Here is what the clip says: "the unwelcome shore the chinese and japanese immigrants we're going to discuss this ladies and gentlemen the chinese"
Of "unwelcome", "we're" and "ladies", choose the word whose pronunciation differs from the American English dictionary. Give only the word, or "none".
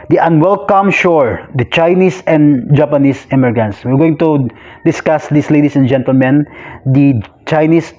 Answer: ladies